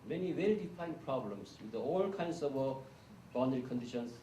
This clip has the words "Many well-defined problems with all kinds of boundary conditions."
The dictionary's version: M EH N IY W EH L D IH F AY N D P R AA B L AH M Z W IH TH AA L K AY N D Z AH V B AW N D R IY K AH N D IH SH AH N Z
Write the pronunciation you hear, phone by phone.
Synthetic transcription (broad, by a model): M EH N IY W EH L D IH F AY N P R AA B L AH M S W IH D AA L K AY N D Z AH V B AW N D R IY K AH N D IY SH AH N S